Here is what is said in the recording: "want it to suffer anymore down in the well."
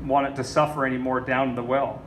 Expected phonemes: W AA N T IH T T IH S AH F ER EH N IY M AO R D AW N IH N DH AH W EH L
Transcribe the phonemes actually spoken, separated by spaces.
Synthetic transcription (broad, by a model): W AA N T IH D T IH S AH F ER EH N IY M AO R D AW IH N DH AH W EH L